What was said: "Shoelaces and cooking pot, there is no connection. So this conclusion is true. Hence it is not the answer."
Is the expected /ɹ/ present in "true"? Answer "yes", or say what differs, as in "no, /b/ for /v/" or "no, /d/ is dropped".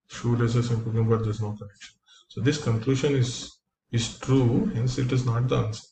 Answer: yes